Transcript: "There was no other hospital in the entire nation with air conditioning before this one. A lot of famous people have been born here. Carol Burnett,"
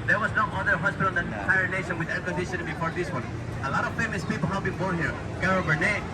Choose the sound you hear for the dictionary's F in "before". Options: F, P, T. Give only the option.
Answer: P